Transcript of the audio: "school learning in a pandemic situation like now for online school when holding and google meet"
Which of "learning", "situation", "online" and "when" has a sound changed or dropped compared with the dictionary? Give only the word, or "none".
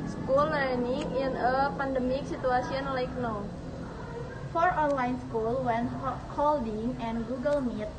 situation